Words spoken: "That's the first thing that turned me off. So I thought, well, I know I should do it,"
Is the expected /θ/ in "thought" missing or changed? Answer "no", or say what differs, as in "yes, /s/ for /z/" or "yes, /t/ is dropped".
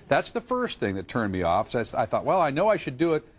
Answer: no